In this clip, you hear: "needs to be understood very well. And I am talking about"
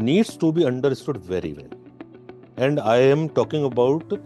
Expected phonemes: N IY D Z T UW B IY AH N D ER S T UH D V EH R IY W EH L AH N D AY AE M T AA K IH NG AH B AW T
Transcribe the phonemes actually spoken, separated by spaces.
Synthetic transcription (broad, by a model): N IY D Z T UW B IY AH N D ER S T UH D V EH R IY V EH L AH N D AY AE M T AA K IH NG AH B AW T